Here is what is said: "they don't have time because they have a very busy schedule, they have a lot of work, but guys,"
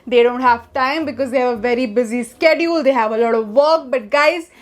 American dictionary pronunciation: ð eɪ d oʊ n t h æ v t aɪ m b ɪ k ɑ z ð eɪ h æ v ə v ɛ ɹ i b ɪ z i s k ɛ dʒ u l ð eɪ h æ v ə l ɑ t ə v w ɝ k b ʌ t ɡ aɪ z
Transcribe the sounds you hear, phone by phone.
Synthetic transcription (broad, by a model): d eɪ d oʊ n t h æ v t aɪ m b ɪ k ɑ z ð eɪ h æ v ə v ɛ ɹ i b ɪ z i s k ɛ dʒ u l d eɪ h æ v ə l ɑ t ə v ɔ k b ʌ t ɡ aɪ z